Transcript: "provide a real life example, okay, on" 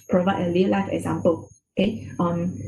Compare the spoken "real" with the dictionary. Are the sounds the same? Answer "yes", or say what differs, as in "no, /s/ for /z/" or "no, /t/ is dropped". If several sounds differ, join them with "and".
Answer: no, /l/ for /ɹ/